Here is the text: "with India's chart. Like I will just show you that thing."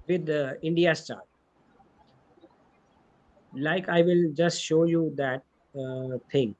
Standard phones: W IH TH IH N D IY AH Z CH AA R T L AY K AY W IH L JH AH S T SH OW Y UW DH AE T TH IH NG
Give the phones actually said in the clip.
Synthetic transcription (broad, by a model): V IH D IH N D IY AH S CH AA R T L AY K AY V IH L JH AH S T SH OW Y UW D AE T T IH NG